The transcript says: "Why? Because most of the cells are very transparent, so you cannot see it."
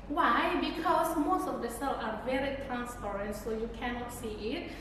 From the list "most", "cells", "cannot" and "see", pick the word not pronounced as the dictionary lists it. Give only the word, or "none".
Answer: cells